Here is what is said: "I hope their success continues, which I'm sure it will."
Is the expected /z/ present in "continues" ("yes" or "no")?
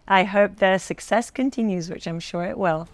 yes